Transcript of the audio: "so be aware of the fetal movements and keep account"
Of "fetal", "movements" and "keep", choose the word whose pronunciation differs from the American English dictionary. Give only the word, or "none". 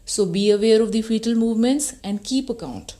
none